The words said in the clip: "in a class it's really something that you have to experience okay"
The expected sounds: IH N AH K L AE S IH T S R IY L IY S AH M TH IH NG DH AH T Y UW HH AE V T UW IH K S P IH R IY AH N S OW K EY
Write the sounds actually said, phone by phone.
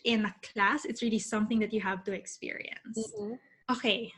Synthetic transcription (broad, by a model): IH N AH K L AE S IH T S R IY L IY S AH M TH IH NG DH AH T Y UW HH AE V T UW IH K S P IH R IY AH N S OW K EY